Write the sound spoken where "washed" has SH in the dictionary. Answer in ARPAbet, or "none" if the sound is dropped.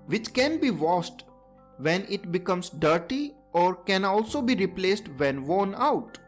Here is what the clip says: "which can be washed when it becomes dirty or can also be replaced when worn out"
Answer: S